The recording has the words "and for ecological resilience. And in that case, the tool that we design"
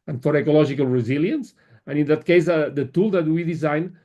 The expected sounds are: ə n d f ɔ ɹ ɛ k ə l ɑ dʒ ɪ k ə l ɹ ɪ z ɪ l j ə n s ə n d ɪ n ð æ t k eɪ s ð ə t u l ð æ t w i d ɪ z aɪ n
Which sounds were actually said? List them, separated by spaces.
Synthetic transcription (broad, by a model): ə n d f ɔ ɹ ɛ k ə l ɑ ʒ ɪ k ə l ɹ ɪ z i l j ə n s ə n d ɪ n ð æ t k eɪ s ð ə t u l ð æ t w i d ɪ z aɪ n